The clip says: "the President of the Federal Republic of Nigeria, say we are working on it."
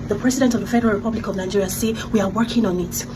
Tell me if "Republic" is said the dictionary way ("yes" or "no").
yes